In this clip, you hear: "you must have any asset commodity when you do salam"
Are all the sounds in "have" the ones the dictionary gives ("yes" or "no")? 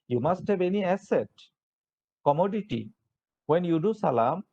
no